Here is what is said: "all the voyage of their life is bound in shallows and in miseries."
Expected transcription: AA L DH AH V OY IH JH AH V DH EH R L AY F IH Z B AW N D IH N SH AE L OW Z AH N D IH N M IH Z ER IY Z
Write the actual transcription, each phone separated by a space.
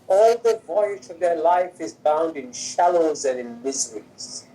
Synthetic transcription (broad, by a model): AA L DH AH V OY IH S AH V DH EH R L AY F IH Z B AW N D IH N SH AE L OW Z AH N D IH N M IH Z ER IY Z